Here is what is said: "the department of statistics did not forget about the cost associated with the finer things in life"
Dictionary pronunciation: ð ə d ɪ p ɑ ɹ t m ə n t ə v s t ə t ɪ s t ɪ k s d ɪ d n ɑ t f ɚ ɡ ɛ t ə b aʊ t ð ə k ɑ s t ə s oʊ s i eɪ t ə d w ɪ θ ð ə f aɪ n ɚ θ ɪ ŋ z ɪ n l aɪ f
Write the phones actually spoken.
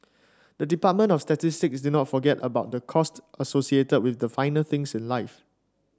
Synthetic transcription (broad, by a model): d ə d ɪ p ɑ t m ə n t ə f s t ə t ɪ s t ɪ k s d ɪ n ɑ t f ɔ ɡ ɛ t ə b aʊ t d ə k ɑ s t ə s oʊ s i eɪ t ə d w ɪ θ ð ə f aɪ n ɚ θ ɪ ŋ s ɪ n l aɪ f